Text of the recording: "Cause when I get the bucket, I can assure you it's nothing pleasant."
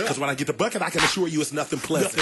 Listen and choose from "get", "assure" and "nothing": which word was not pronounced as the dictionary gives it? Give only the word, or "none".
none